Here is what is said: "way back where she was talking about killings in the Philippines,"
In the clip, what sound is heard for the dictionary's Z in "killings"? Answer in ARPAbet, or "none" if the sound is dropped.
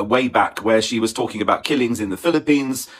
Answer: Z